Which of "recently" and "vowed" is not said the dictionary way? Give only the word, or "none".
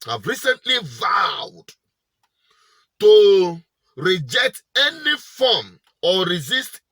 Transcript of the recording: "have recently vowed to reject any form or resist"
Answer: none